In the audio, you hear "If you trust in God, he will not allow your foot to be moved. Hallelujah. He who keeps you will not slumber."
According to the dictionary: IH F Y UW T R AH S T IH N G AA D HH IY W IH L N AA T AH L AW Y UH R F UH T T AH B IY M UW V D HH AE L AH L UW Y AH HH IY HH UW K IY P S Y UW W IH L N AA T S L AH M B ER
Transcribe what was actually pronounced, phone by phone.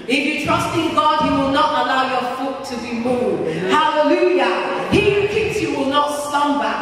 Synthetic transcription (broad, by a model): IH F Y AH T R AH S T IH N G AA D HH IY W IH L N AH T AH L AW Y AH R F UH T T AH B IY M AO D HH AE L AH L UW Y AH HH IY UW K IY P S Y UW W IH L N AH T S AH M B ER